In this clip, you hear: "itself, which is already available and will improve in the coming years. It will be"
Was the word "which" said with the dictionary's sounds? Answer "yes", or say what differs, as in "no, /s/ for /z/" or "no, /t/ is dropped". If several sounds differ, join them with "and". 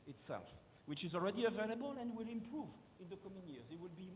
yes